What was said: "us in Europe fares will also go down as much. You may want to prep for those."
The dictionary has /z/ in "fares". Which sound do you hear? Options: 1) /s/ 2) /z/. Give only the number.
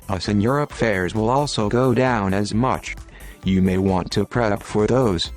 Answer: 2